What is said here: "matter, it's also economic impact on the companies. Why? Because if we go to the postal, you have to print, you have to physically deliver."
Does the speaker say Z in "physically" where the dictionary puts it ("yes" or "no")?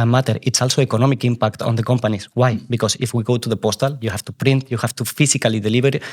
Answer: no